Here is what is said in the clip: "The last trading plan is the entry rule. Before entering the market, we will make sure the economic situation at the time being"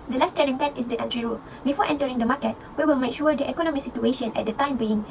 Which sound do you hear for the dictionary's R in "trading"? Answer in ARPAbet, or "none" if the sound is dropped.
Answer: none